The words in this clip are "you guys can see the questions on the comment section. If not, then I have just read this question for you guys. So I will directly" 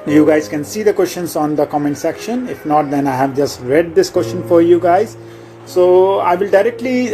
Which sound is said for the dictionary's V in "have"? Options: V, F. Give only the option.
V